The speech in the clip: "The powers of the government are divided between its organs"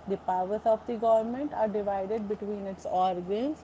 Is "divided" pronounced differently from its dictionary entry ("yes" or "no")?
no